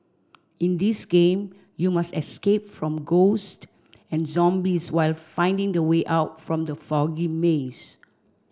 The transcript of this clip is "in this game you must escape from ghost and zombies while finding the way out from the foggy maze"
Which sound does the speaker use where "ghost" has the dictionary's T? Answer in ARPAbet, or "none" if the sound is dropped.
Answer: T